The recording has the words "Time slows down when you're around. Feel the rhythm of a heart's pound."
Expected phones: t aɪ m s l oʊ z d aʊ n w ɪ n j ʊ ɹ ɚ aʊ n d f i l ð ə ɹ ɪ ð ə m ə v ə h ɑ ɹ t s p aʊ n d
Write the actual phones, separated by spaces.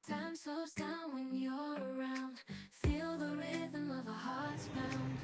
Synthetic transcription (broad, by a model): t aɪ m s oʊ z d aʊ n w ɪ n j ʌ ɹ ɚ aʊ n d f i l ð ə ɹ ɪ ð ə m ə v ə h ɑ ɹ t s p aʊ n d